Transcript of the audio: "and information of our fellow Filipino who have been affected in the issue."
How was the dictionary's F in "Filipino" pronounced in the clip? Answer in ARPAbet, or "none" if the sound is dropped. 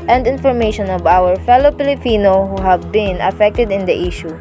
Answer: P